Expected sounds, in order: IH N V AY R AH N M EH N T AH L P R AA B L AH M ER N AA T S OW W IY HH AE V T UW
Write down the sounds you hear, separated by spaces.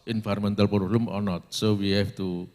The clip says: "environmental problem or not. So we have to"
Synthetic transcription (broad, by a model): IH N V AY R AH M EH N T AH L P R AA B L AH M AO N AA T S OW W IY HH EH F T UW